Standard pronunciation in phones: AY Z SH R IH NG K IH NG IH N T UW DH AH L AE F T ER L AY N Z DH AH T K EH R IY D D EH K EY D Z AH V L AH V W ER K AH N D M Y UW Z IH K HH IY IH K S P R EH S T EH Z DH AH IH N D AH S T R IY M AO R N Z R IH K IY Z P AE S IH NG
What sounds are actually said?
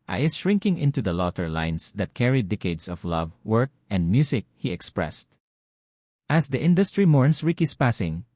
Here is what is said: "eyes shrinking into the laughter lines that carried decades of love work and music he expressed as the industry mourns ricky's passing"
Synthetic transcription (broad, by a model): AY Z SH R IH NG K IH NG IH N T UW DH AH L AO T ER L AY N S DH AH T K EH R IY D D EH K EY D S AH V L AH V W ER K AH N D M Y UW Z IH K HH IY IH K S P R EH S T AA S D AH IH N D AH S T R IY M AO R N S R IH K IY S P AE S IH NG